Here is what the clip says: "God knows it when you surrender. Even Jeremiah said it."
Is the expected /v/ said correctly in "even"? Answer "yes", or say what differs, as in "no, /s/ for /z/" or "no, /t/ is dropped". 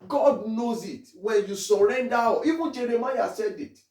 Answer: no, /b/ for /v/